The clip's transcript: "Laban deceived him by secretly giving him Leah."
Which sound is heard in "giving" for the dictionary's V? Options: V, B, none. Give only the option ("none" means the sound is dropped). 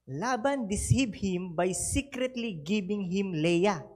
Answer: B